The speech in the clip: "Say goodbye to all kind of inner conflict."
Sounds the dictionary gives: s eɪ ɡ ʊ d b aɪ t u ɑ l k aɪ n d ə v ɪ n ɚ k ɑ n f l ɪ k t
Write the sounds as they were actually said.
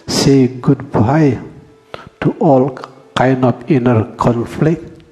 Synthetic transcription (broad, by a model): s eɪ ɡ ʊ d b aɪ t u ɑ l k aɪ n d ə p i n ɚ k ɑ n f l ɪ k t